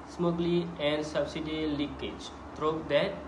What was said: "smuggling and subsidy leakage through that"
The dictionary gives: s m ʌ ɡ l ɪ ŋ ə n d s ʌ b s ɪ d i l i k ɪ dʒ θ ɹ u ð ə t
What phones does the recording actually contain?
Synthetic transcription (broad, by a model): s m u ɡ l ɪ ə n d s ʌ b s ɪ d i l i k ɪ dʒ t ɹ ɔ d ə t